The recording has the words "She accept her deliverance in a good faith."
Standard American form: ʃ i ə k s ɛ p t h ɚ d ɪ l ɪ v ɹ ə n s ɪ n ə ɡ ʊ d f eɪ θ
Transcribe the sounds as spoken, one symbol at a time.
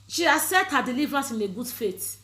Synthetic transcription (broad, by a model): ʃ i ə s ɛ t h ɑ d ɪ l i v ɹ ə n s ɪ n ə ɡ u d f eɪ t